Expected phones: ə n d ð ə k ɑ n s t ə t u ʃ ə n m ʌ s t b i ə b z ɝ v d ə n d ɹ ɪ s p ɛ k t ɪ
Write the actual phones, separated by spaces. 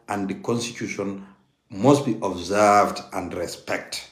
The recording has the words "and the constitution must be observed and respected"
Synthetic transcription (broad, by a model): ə n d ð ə k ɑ n s t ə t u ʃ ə n m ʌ s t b i ə b z ɝ v d ə n d ɹ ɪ s p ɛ k t